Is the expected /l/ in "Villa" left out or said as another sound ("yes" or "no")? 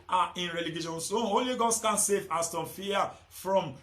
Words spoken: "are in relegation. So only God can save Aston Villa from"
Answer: yes